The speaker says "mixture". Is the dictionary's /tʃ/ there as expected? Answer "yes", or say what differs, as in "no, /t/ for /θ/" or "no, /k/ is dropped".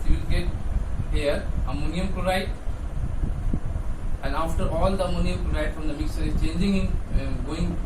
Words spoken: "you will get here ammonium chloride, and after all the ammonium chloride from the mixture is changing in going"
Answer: no, /tʃ/ is dropped